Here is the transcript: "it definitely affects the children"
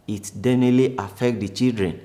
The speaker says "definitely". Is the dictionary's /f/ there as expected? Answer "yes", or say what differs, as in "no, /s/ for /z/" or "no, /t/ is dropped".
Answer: no, /f/ is dropped